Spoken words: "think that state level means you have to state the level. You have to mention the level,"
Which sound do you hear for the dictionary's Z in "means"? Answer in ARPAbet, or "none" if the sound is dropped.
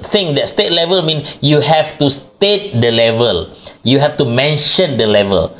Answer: none